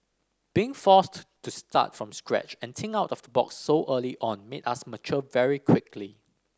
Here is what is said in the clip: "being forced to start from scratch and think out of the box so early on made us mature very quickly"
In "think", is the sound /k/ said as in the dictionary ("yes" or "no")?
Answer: no